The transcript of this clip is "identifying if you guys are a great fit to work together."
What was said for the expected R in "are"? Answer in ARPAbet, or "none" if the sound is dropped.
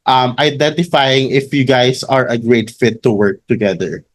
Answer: R